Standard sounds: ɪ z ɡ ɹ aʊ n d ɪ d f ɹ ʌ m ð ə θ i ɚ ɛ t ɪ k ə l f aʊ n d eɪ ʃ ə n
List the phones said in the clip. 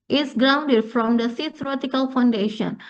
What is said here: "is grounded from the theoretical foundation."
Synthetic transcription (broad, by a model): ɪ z ɡ ɹ aʊ n d ɪ d f ɹ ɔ m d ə s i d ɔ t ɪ k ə l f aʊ n d eɪ ʃ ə n